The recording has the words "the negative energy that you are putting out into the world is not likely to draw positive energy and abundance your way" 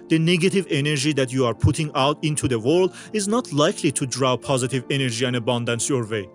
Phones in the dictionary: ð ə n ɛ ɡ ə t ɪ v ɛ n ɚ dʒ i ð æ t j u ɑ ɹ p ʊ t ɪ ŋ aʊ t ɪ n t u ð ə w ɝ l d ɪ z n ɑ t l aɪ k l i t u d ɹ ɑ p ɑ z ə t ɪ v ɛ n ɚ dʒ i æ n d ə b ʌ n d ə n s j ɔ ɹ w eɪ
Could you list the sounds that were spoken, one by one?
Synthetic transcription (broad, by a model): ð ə n ɛ ɡ ə t ɪ v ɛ n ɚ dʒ i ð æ t j u ɑ ɹ p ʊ t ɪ ŋ aʊ t ɪ n t u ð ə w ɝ l d ɪ z n ɑ t l aɪ k l i t u d ɹ ɑ p ɑ z ə t ɪ v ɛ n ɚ dʒ i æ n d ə b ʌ n d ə n s j ɔ ɹ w eɪ